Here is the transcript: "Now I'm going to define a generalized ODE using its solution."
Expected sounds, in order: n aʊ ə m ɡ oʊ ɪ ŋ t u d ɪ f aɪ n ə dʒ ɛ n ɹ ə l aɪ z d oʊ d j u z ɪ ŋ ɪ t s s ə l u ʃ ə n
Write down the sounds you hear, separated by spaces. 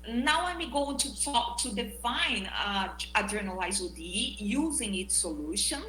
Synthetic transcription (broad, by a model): n aʊ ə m ɡ oʊ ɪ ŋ t u d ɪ f aɪ n ə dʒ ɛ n ə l aɪ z oʊ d j u z ɪ ŋ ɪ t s s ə l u ʃ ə n